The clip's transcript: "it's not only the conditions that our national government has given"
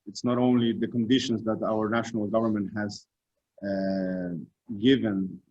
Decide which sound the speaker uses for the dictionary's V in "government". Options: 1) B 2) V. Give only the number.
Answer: 2